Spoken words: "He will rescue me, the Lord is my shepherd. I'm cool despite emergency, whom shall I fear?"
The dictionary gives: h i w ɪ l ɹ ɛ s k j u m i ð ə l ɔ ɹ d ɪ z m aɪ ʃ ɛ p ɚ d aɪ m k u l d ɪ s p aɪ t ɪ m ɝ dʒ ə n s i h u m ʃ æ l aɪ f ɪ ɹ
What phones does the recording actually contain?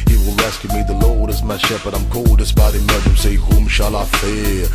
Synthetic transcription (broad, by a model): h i w ɪ l ɹ ɛ s k j u m i ð ə l ɔ ɹ d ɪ z m aɪ ʃ ɛ p ɚ d aɪ m k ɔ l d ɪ s b aɪ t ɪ m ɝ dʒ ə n s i h u m ʃ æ l aɪ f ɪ